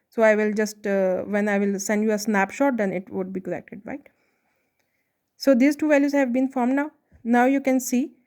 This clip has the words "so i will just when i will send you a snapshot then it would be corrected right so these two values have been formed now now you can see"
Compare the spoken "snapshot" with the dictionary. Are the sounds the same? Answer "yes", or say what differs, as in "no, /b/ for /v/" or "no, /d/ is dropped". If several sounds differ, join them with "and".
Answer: yes